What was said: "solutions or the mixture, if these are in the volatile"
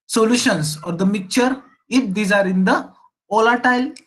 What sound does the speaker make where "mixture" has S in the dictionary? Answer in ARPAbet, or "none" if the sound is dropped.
none